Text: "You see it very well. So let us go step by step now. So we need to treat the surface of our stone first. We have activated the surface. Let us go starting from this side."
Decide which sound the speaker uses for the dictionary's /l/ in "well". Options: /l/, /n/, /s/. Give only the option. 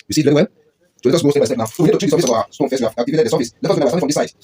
/n/